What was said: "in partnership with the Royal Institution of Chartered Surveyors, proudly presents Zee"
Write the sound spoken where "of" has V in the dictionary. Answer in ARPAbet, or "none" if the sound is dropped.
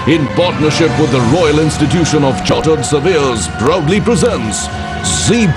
V